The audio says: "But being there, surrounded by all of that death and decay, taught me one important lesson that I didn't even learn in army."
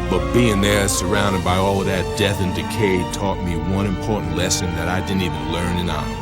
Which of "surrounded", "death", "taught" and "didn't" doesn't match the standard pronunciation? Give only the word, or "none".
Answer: none